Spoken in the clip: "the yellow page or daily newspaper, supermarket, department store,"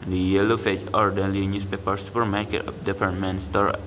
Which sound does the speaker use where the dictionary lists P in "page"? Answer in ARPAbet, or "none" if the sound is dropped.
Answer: F